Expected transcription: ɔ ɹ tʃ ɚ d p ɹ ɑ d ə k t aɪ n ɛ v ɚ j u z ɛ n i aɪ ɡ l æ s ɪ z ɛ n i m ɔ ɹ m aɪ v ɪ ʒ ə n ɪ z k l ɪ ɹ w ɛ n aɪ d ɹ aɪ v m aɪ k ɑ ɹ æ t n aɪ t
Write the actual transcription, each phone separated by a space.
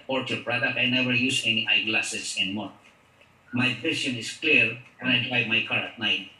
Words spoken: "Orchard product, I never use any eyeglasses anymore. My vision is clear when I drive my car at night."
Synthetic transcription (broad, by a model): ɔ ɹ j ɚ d p ɹ ɑ d ə k t aɪ n ɛ v ɚ j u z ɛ n i aɪ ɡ l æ s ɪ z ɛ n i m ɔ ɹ m aɪ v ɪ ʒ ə n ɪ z k l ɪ ɹ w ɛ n aɪ d ɹ aɪ v m aɪ k ɑ ɹ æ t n aɪ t